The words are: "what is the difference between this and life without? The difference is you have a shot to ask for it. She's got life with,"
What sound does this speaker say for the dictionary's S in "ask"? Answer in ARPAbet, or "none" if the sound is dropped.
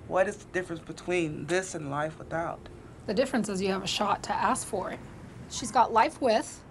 S